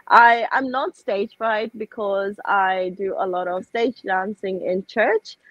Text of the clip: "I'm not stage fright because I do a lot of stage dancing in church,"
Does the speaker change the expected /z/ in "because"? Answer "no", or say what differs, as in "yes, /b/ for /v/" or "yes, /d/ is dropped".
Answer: no